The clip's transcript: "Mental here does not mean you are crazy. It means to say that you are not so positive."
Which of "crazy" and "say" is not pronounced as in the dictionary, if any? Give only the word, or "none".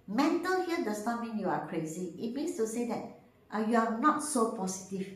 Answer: none